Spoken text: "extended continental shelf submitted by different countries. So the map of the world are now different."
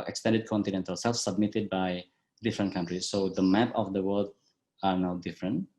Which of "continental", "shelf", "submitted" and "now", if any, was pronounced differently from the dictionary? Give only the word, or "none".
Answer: shelf